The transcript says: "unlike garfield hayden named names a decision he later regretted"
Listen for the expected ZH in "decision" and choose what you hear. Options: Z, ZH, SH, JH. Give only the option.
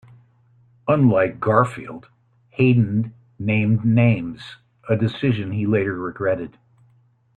ZH